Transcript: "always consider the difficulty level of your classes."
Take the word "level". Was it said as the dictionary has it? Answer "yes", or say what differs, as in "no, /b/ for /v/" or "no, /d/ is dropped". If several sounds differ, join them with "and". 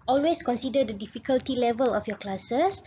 yes